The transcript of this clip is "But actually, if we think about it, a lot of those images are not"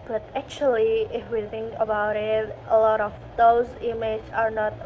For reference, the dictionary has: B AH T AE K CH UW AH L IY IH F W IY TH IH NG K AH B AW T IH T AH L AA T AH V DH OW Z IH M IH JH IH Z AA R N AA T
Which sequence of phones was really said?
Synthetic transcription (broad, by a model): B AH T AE K CH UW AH L IY IH F W IY TH IH NG K AH B AW T IH T AH L AA T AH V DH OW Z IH M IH IH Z AA R N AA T